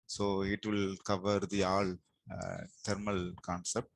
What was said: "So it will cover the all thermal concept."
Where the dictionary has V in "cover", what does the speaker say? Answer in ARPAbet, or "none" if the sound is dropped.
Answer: V